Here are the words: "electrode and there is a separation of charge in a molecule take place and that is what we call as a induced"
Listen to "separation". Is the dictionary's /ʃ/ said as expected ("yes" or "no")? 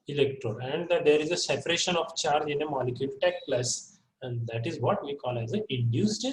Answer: yes